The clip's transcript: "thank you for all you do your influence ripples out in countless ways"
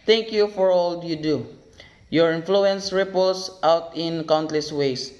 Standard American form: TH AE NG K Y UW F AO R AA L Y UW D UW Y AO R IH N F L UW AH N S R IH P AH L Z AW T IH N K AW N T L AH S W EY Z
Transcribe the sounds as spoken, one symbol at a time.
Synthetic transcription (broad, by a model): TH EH NG K Y UW F AO R AA L Y UW D UW Y AO R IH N F L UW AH N S R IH P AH L S AW T IH N K AW N T L AH S W EY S